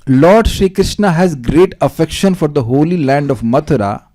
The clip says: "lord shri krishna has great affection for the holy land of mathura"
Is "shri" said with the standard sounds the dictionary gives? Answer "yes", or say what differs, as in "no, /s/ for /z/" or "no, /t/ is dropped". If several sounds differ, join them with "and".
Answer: yes